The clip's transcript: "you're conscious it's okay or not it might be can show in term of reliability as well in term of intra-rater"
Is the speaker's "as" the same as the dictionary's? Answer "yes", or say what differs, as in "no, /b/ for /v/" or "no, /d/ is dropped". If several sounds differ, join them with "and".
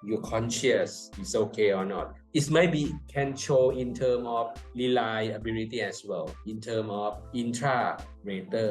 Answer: no, /s/ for /z/